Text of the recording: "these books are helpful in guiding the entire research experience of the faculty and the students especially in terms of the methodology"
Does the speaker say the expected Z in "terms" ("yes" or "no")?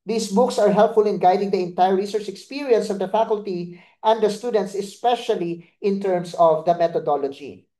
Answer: no